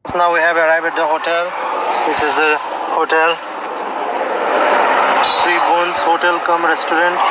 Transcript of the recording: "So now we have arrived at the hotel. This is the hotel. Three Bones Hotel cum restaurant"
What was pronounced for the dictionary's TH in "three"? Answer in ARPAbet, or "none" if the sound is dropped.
T